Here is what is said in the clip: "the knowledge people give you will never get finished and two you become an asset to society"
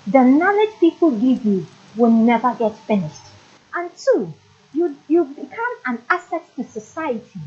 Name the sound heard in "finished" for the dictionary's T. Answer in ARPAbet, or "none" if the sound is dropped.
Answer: T